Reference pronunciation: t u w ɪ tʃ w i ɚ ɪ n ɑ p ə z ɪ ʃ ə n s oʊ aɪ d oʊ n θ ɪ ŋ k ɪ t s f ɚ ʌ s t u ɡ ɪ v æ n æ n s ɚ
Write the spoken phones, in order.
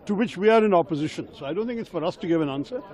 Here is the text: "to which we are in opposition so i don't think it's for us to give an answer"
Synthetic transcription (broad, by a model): t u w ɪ tʃ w i ɚ ɪ n ɑ p ə z ɪ ʃ ə n s oʊ aɪ d oʊ n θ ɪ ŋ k ɪ t s f ɚ ʌ s t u ɡ ɪ v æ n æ n s ɚ